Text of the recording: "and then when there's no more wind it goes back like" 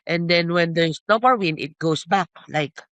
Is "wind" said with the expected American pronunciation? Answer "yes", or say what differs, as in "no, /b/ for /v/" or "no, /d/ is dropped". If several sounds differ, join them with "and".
no, /d/ is dropped